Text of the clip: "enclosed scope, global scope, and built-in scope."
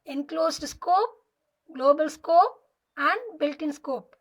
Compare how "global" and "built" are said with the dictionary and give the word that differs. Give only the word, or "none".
none